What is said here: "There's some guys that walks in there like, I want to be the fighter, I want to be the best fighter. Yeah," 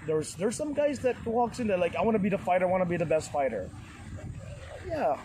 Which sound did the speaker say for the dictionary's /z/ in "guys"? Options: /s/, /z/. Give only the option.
/z/